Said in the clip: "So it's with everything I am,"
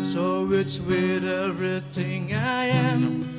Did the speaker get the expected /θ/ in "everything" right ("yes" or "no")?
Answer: yes